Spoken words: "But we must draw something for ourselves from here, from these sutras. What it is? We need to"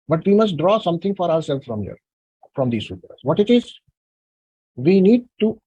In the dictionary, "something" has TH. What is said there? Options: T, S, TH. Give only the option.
T